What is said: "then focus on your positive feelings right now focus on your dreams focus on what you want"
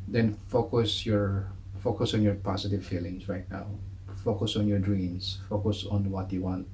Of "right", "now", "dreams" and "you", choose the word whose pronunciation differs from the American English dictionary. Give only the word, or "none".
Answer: dreams